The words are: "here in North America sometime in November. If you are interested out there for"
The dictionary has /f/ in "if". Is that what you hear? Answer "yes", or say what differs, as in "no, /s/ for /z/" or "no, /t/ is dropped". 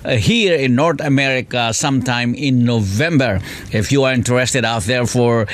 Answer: yes